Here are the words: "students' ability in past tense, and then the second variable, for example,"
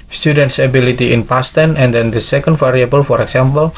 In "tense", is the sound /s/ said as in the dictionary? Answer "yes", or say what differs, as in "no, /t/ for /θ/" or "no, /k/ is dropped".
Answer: no, /s/ is dropped